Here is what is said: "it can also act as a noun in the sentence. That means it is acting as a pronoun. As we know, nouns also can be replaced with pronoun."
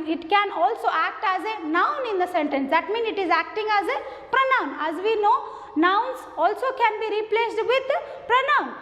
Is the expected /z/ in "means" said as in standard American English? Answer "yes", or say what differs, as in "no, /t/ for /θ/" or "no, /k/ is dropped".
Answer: no, /z/ is dropped